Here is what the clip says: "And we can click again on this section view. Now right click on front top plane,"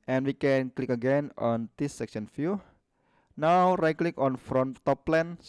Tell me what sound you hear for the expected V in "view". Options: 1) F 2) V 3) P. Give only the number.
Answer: 1